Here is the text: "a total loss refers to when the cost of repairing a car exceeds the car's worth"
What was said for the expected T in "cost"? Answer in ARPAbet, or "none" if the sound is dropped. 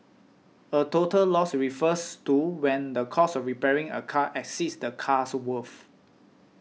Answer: none